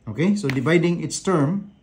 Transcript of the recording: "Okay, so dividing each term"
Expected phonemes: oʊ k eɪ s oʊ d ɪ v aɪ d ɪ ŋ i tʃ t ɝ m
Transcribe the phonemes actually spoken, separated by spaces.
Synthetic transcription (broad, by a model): oʊ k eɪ s oʊ d ɪ v aɪ d ɪ ŋ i s t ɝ m